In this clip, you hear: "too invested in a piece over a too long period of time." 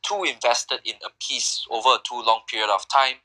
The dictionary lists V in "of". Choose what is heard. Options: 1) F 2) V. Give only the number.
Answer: 1